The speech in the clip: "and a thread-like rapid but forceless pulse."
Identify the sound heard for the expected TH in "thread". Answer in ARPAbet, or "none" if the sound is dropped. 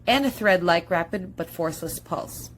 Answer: TH